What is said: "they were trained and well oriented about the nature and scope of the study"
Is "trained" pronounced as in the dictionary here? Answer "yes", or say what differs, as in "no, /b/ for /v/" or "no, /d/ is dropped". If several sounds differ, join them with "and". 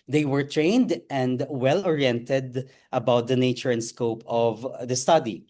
yes